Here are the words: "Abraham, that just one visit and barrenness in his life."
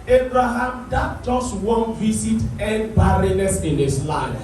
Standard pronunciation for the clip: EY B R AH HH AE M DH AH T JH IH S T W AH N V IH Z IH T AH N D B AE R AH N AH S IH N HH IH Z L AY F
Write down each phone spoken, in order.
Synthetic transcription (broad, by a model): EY B R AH HH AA M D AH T JH IH S T W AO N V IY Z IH T AH N D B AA R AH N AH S IH N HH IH S L AY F